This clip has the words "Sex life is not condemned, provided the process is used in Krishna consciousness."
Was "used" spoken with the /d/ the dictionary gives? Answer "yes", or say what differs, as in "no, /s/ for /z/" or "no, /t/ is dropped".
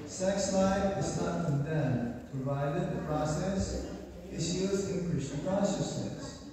no, /d/ is dropped